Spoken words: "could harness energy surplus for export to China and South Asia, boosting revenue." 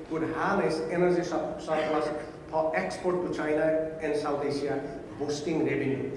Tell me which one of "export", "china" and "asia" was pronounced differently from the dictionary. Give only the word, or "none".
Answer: asia